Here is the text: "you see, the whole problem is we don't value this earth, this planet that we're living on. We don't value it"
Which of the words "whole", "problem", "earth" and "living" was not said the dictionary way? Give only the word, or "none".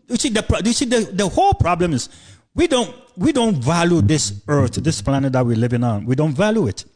none